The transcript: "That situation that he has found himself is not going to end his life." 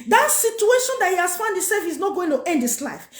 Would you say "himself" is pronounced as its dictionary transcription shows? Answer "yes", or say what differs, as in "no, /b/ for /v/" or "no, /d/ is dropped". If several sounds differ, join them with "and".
no, /m/ is dropped